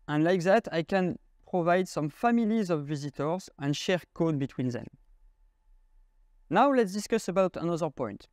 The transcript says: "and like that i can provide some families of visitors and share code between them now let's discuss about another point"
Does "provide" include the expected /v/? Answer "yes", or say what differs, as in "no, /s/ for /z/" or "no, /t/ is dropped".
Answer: yes